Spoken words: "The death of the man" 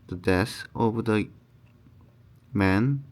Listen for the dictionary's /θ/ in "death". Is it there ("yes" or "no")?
no